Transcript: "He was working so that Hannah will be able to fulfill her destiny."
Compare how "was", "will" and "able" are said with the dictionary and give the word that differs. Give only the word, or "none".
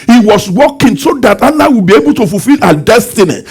was